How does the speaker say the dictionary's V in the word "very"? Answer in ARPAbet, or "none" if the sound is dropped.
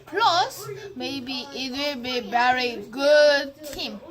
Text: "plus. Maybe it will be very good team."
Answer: B